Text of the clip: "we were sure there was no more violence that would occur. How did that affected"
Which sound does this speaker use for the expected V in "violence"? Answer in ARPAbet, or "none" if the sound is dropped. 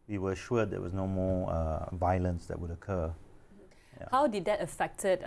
V